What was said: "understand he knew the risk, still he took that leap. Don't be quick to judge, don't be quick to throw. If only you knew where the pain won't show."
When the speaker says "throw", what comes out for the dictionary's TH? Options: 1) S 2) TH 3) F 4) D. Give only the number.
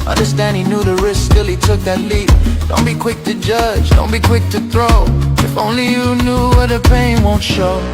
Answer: 2